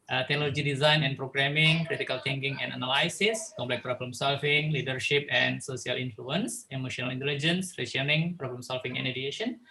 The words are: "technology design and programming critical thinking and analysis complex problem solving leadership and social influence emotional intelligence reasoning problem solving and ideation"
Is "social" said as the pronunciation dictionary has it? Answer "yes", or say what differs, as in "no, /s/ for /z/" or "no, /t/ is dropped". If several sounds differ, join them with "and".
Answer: no, /s/ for /ʃ/